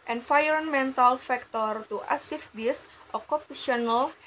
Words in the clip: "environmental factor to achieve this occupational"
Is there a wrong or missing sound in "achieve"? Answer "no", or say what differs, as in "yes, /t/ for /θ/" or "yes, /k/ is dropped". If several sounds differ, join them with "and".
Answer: yes, /s/ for /tʃ/